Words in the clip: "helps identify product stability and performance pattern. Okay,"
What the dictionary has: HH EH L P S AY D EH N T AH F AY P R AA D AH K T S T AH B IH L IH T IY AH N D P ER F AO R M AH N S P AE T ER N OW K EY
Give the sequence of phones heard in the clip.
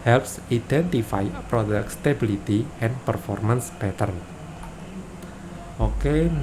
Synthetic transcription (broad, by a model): HH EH L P S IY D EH N T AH F AY P R AA D AH K T S T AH B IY L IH T IY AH N P ER F AO R M AH N S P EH T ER N OW K EY